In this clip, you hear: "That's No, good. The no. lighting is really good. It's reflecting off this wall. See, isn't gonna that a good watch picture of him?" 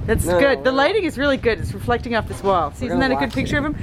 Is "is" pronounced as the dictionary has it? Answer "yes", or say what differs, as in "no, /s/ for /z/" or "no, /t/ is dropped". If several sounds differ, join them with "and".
yes